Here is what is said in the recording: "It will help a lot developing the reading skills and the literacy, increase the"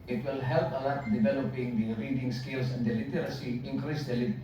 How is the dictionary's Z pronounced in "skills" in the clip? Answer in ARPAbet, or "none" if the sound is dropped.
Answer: S